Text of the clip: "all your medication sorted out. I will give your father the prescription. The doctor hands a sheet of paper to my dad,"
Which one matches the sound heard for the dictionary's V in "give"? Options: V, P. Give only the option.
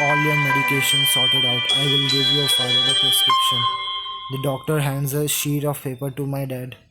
V